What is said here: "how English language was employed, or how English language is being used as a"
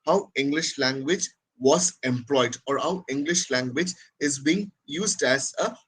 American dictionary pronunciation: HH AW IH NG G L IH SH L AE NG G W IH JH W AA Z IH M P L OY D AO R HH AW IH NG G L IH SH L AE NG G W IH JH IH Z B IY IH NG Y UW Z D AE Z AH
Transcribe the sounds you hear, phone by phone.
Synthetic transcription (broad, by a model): HH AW IH NG G L IH SH L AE NG G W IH JH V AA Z IH M P L OY D AO R HH AW IH NG G L IH SH L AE NG G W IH JH IH Z B IY IH NG Y UW Z D AE Z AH